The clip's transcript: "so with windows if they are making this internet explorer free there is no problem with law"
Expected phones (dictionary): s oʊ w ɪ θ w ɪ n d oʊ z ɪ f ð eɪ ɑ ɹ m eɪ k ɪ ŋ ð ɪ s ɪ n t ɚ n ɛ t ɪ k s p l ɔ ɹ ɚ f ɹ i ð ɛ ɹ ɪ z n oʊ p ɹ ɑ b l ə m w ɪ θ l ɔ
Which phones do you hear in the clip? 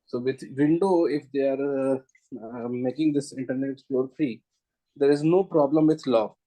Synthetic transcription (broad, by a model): s oʊ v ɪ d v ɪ n d oʊ ɪ f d eɪ ɑ ɹ m eɪ k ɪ ŋ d ɪ s ɪ n t ɚ n ɛ t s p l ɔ ɹ f ɹ i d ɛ ɹ ɪ z n oʊ p ɹ ɑ b l ə m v ɪ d l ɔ